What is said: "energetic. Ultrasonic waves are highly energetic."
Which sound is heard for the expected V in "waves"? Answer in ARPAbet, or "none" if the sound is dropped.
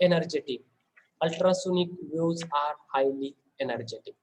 none